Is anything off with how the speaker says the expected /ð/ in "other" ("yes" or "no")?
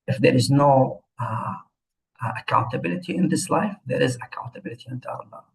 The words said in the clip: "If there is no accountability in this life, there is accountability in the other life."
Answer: yes